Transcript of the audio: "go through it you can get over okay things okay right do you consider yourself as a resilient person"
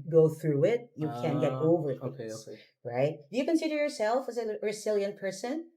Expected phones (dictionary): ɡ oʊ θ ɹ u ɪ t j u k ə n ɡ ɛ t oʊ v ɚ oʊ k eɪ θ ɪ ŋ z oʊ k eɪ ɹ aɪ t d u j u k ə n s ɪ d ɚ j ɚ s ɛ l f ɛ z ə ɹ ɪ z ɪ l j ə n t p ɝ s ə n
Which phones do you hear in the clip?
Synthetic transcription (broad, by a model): ɡ oʊ θ ɹ u ɪ t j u k ə n ɡ ɛ t oʊ v ɚ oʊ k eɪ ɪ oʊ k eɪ ɹ aɪ t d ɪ j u k ə n s ɪ d ɚ j ɚ s ɛ l f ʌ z ə ɹ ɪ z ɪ l j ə n p ɝ s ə n